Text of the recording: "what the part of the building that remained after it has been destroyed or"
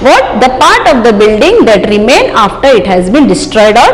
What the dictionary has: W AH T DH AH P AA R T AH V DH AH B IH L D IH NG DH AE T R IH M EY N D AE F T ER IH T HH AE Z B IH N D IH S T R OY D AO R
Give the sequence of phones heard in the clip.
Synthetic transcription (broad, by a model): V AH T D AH P AA R T AH V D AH B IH L D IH NG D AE T R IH M EY N AA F T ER IH T HH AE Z B IH N D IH S T R OY D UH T